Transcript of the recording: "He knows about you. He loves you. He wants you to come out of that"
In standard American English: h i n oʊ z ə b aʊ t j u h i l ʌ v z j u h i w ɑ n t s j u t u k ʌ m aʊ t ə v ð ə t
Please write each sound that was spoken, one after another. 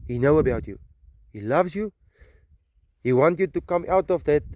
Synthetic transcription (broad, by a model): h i n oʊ ə b aʊ t j u h i l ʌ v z j u h i w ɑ n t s j u t u k ʌ m aʊ t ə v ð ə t